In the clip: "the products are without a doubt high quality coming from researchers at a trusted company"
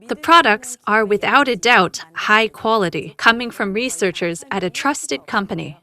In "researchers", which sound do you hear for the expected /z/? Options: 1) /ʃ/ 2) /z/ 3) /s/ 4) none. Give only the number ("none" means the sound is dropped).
2